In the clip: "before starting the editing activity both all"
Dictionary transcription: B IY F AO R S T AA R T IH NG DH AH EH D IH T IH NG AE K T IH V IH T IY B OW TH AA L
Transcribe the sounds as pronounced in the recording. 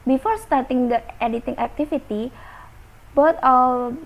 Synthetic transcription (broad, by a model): B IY F AO R S T AA R T IH NG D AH EH D IH T IH NG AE K T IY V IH T IY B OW T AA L